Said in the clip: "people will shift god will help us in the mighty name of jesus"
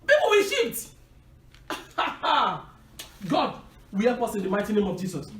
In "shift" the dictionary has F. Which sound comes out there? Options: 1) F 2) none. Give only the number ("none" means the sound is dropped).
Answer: 2